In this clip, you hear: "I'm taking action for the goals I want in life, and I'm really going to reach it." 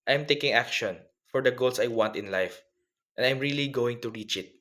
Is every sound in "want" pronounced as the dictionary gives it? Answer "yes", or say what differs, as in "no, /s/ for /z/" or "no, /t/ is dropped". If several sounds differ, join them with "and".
yes